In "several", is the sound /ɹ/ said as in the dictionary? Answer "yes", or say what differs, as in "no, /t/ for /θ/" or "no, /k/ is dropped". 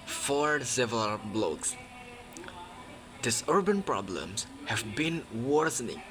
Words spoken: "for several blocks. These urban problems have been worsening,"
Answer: no, /ɹ/ is dropped